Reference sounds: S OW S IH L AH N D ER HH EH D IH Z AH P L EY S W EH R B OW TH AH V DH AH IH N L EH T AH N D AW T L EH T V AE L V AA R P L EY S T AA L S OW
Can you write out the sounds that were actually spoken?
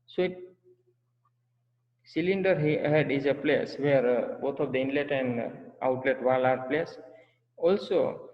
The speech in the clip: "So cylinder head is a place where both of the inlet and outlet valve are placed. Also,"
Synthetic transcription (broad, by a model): S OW S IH L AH N D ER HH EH D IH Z AH P L EY S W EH R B OW T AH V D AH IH N L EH T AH N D AW T L EH T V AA L AA R P L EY S AA L S OW